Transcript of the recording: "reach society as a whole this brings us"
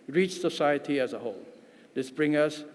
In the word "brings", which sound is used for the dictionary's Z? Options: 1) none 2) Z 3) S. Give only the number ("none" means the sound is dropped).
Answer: 1